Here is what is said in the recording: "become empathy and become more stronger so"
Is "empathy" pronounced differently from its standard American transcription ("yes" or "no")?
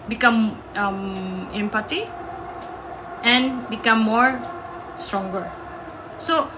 yes